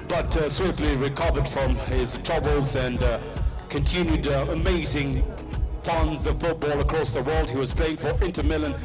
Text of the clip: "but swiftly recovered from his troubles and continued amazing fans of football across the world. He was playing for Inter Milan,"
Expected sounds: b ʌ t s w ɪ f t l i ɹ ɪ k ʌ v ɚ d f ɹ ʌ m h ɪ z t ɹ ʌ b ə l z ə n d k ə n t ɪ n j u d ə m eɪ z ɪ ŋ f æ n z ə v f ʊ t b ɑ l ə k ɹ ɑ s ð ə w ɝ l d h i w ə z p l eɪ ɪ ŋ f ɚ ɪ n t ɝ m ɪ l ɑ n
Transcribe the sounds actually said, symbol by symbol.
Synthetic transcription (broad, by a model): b ʌ t s w ɪ f t l i ɹ ɪ k ʌ v ɚ d f ɹ ʌ m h ɪ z t ɹ ʌ b ə l z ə n k ə n t ɪ n j u d ə m eɪ z ɪ ŋ f æ n z ə v f ʊ t b ɑ l ə k ɹ ɑ s ð ə w ɝ l d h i w ə z p l eɪ ɪ ŋ f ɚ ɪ n t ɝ m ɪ l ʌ n